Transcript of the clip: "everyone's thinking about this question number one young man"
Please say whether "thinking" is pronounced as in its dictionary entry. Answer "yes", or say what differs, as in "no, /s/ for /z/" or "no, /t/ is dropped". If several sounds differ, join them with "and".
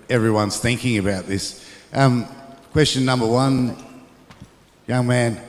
yes